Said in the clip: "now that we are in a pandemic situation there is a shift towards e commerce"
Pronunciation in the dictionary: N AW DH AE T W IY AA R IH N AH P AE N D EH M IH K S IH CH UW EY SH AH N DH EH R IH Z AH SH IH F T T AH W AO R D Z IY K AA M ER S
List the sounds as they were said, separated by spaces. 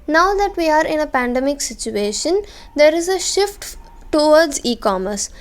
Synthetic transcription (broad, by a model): N AW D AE T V IY AA R IH N AH P AE N D EH M IH K S IH CH UW EY SH AH N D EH R IH Z AH SH IH F T T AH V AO R D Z IY K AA M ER S